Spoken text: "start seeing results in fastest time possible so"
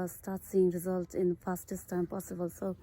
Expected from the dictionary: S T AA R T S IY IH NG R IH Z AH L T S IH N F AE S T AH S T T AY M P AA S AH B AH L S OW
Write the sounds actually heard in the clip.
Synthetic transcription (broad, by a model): S T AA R T S IY IH NG R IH Z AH L T IH N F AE S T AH S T T AY M P AA S AH B AH L S OW